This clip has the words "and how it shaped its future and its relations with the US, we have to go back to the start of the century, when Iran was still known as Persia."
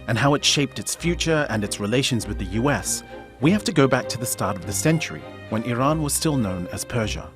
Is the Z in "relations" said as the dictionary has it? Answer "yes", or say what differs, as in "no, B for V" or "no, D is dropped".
yes